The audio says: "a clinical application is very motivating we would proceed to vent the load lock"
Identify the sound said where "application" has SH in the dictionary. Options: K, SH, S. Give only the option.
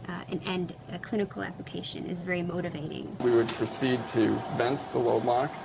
SH